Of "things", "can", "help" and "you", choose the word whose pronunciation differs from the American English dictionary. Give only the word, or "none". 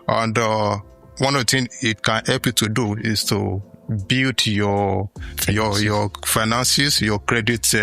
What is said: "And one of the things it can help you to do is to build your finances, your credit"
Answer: things